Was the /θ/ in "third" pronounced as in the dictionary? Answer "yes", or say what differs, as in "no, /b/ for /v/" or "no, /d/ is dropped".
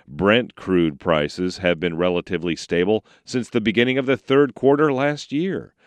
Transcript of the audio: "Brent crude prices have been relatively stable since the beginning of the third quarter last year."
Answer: yes